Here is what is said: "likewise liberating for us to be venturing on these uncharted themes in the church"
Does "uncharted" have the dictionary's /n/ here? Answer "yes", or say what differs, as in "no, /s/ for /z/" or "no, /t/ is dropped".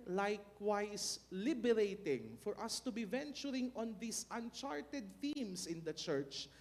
yes